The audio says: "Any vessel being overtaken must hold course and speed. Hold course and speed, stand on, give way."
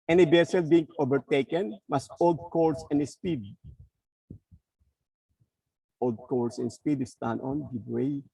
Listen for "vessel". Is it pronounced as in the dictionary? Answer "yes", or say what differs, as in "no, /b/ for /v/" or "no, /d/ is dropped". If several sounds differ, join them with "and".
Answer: no, /b/ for /v/